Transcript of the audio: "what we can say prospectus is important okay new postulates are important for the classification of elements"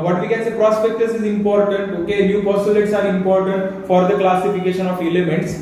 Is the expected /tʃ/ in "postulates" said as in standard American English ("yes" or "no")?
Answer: no